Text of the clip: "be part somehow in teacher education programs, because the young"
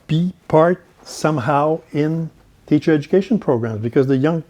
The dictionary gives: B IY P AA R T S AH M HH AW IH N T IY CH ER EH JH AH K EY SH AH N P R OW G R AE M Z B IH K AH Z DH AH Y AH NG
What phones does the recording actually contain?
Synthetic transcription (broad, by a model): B IY P AA R T S AH M HH AW IH N T IY CH ER EH JH AH K EY SH AH N P R OW G R AE M Z B IH K AH Z DH AH Y AH NG